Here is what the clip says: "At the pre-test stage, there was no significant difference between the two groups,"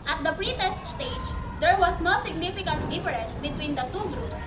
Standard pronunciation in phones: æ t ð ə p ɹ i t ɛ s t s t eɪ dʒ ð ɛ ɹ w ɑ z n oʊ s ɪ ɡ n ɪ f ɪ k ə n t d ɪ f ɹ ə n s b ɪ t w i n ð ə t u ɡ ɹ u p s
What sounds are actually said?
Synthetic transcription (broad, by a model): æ t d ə p ɹ i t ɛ s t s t eɪ dʒ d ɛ ɹ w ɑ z n oʊ s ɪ ɡ n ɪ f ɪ k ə n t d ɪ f ɹ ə n s b ɪ t w i n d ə t u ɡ ɹ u p s